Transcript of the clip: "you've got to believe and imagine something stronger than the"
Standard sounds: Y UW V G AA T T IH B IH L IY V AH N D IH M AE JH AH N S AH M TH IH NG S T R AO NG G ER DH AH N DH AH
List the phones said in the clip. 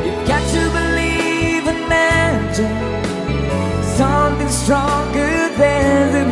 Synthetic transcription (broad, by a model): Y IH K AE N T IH B IH L IY V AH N M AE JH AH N S AH M TH IH NG S T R AO NG G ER DH AH N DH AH